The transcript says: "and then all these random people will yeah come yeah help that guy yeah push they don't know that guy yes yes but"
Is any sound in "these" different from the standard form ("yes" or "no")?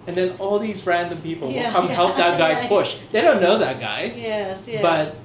no